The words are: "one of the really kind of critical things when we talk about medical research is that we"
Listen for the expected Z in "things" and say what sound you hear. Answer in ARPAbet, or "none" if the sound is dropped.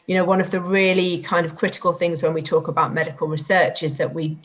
Z